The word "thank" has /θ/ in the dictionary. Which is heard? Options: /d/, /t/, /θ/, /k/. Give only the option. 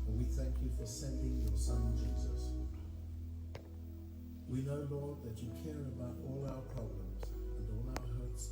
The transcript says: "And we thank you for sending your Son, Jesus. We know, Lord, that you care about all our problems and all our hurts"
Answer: /θ/